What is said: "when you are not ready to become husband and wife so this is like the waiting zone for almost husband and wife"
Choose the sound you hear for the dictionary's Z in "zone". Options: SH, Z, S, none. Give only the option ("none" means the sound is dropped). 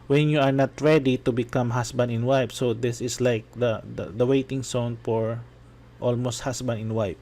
S